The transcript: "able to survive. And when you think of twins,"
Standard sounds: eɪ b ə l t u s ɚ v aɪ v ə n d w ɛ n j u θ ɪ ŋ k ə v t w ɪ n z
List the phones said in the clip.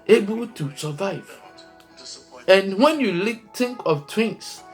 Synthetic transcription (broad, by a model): eɪ b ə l t u s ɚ v aɪ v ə n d w ɛ n j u t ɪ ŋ k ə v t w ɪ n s